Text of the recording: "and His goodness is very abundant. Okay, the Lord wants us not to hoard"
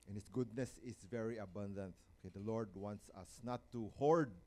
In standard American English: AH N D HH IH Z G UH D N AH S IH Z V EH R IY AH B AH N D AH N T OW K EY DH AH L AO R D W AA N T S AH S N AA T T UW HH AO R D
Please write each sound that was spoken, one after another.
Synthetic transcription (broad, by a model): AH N HH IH S G UH D N AH S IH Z V EH R IY AH B AH N D AH N T OW K EY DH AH L AO R D W AA N T S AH S N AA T T UW HH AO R D